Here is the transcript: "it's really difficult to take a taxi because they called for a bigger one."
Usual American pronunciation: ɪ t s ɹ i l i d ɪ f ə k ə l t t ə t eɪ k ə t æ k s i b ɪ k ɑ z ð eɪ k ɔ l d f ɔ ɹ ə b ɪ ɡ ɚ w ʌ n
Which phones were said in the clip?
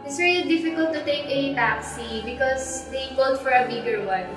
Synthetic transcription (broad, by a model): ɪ t s ɹ i l i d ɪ f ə k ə l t t ə t eɪ k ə t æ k s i b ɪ k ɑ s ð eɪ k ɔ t f ɔ ɹ ə b ɪ ɡ ɚ w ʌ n